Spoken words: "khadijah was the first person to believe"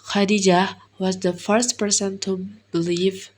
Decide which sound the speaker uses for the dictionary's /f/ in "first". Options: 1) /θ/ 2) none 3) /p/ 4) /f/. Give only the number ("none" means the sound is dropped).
4